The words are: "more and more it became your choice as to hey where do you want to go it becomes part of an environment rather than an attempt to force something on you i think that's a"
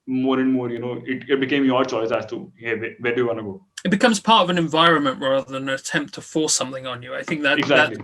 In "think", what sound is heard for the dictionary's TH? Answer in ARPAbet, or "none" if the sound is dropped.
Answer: TH